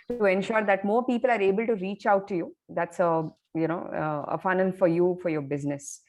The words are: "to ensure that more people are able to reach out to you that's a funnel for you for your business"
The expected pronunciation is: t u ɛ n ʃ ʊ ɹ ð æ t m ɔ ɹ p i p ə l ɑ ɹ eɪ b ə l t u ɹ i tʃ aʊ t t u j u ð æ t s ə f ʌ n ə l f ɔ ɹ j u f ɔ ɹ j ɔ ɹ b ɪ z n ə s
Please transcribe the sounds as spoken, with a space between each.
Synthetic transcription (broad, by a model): t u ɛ n ʃ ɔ ɹ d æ t m ɔ ɹ p i p ə l ɑ ɹ eɪ b ə l t u ɹ i tʃ aʊ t t u j u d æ t s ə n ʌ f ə n f ɔ ɹ j u f ɔ ɹ j ɔ ɹ b ɪ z n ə s